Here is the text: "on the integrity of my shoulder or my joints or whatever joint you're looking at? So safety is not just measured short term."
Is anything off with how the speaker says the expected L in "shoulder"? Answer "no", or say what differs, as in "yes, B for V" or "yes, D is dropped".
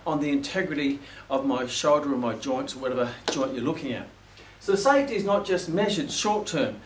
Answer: no